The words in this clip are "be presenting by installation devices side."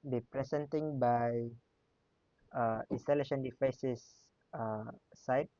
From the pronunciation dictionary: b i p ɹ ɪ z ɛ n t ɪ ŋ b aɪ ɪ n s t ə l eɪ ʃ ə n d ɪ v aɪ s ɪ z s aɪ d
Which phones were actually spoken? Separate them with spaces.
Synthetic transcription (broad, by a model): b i p ɹ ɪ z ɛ n t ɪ ŋ b aɪ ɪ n s t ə l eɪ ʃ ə n d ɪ f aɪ s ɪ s s aɪ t